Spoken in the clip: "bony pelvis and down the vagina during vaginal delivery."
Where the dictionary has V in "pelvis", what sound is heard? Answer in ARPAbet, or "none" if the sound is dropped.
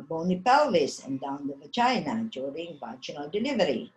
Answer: none